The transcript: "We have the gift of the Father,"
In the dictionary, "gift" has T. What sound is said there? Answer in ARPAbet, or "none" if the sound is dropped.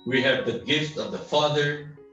T